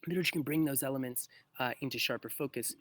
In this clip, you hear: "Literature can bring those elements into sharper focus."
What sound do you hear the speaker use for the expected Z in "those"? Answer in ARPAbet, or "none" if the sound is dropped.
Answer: Z